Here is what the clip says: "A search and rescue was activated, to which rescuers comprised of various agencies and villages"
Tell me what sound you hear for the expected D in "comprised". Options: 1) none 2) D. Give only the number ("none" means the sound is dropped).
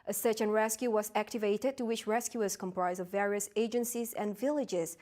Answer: 1